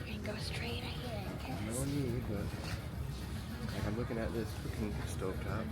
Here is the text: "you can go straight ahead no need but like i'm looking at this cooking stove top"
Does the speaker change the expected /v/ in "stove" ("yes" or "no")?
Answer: yes